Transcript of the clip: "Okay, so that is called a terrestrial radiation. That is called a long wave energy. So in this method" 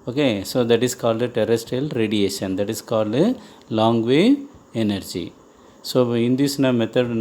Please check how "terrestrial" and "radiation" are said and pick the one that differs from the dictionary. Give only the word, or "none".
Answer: terrestrial